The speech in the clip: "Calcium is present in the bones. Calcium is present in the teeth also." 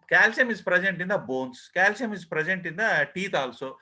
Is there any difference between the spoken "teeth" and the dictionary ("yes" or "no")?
yes